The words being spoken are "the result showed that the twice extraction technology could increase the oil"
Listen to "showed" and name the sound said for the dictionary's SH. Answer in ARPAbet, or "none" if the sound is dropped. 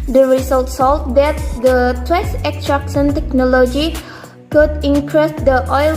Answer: S